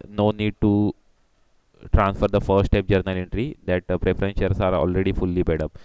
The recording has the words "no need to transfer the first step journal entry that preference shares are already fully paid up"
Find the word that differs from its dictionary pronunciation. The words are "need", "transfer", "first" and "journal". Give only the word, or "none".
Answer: first